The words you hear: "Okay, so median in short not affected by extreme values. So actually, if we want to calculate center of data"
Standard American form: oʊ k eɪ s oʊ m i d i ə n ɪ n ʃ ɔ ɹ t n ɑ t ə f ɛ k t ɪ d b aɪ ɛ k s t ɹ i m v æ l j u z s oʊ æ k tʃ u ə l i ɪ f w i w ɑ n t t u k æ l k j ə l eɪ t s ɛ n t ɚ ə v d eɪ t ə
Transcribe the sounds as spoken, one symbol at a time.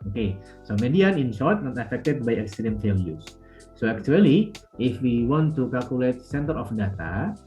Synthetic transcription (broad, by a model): oʊ k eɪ s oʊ m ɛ d i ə n ɪ n s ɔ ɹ t n ɑ t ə f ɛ k t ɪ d b aɪ ɛ k s t ɹ i m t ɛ l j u s oʊ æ k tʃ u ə l i ɪ f w i w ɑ n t t u k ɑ l k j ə l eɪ t s ɛ n t ɚ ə f d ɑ t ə